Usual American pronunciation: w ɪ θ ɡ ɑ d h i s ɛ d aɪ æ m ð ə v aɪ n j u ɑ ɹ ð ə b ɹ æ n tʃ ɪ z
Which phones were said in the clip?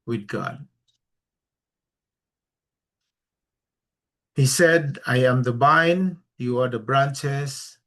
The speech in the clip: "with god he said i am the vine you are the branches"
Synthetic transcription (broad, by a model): w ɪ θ ɡ ɑ d h i s ɛ d aɪ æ m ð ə b aɪ n j u ɑ ɹ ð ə b ɹ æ n tʃ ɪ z